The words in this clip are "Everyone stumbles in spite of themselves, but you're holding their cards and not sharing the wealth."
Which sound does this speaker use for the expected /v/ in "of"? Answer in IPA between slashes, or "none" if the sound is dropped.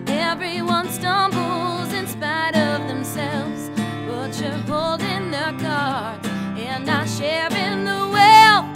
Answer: /v/